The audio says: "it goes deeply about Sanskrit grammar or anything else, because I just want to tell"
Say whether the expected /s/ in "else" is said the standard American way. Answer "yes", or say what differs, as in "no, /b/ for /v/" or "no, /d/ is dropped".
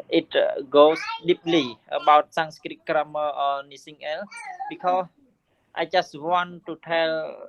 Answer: no, /s/ is dropped